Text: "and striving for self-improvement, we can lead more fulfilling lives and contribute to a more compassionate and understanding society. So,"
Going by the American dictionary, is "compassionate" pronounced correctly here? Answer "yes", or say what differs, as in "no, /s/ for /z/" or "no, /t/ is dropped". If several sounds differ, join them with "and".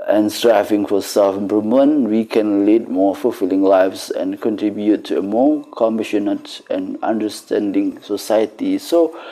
no, /b/ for /p/